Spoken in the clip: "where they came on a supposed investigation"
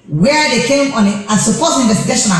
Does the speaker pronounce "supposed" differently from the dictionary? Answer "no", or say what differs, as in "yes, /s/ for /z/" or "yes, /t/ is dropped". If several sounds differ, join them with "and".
yes, /d/ is dropped